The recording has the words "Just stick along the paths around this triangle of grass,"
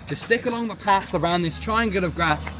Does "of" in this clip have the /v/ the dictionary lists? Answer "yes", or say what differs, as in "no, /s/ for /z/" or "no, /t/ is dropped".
yes